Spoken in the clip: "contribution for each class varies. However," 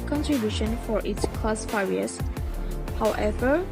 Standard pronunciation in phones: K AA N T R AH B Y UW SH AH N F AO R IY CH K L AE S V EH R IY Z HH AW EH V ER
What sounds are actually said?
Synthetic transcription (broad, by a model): K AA N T R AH B Y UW SH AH N F AO R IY S K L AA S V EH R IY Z HH AW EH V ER